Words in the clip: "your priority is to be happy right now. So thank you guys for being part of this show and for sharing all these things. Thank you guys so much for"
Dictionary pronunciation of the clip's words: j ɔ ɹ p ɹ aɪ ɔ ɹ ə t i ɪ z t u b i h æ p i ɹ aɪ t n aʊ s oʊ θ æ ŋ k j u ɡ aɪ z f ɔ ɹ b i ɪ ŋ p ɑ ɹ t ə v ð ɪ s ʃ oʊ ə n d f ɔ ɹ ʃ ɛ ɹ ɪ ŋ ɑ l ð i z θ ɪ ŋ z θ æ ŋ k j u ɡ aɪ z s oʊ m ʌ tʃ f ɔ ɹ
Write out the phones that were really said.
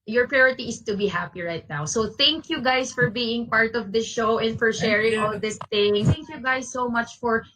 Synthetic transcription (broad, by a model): j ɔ ɹ p ɹ aɪ ɔ ɹ ə t i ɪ s t u b i h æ p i ɹ aɪ t n aʊ s oʊ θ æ ŋ k j u ɡ aɪ s f ɔ ɹ b i ɪ ŋ p ɑ ɹ t ə v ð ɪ s ʃ oʊ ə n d f ɔ ɹ ʃ ɛ ɹ ɪ ŋ ɑ l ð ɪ s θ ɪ ŋ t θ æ ŋ k j u ɡ aɪ s oʊ m ʌ tʃ f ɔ ɹ